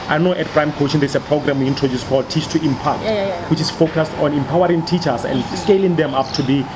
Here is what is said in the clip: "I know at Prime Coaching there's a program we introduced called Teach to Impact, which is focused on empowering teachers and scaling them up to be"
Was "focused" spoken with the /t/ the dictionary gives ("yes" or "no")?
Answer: yes